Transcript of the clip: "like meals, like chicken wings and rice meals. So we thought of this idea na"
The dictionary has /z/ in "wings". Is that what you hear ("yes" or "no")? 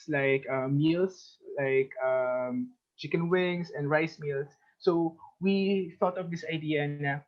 no